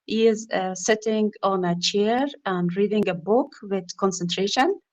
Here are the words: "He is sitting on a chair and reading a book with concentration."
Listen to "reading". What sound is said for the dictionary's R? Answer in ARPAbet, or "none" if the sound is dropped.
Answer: R